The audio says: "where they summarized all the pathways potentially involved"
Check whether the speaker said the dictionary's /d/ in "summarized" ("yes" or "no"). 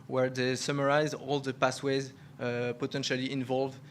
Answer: no